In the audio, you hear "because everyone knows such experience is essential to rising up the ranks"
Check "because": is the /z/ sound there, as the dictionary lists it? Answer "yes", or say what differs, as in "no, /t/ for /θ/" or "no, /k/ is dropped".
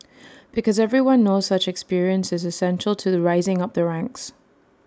yes